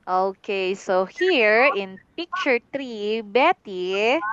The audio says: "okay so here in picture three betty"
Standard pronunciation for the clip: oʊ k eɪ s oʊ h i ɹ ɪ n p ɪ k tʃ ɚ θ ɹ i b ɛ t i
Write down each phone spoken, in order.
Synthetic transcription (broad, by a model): oʊ k eɪ s oʊ h i ɹ ɪ n p ɪ k tʃ ɚ t ɹ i b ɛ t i